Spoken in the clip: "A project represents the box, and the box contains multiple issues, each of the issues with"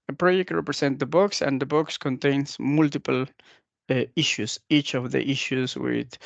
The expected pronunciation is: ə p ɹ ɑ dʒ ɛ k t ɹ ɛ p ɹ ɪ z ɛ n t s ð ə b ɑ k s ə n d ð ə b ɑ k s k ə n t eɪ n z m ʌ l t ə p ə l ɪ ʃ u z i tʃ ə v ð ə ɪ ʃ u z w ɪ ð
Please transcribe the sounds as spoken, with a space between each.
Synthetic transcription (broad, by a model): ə p ɹ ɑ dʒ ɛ k t ɹ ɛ p ɹ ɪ s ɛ n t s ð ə b ɑ k s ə n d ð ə b ɑ k s k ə n t eɪ n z m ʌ l t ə p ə l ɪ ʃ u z i tʃ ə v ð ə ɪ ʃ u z w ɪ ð